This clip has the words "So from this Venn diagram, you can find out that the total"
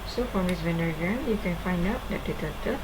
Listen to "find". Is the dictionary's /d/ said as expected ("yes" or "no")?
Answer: yes